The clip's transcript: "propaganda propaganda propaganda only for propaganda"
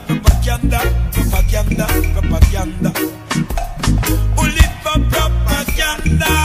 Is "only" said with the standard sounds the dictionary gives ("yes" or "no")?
no